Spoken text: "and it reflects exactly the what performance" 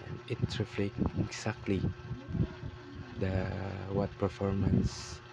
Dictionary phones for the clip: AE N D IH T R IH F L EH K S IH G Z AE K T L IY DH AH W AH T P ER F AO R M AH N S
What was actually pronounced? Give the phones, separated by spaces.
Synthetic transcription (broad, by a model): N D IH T R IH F L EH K IH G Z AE K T L IY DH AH W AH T P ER F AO R M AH N S